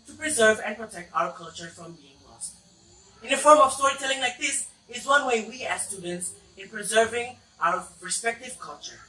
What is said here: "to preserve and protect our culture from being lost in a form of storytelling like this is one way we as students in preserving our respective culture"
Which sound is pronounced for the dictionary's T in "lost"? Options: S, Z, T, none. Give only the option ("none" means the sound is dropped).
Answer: T